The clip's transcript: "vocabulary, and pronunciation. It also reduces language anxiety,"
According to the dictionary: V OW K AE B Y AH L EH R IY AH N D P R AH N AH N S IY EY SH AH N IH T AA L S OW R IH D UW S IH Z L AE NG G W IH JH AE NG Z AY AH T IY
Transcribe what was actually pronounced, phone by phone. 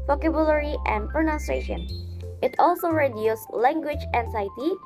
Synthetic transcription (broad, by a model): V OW K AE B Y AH L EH R IY AH N D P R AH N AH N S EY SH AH N IH T AA L S OW R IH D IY IH S L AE NG G W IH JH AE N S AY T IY